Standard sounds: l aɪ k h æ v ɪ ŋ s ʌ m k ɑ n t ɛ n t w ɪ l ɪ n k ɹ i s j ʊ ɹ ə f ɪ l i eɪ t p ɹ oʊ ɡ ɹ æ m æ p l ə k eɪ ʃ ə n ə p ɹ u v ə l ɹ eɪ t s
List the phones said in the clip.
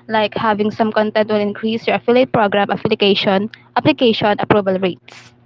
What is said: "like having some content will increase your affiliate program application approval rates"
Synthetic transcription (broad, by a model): l aɪ k h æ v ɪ ŋ s ʌ m k ɑ n t ɛ n t w ɪ l ɪ n k ɹ i s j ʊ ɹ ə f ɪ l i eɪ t p ɹ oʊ ɡ ɹ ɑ m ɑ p l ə k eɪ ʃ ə n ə p ɹ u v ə l ɹ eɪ t s